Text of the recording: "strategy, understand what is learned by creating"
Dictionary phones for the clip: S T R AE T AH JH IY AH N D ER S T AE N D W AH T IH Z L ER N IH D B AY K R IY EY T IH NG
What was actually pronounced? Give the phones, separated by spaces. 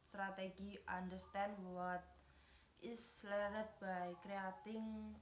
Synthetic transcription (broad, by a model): S T R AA T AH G IY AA N D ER S T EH N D W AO T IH S L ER IH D B AY K R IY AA T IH NG